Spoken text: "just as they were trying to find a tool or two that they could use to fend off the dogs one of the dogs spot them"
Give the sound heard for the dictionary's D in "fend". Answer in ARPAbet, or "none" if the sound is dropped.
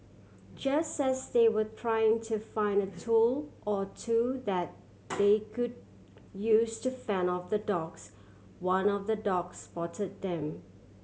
none